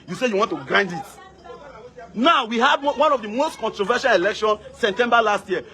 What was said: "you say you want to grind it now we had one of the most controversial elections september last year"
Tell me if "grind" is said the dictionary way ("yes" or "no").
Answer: yes